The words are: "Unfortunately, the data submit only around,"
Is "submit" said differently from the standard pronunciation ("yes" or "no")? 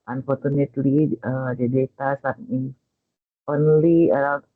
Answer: yes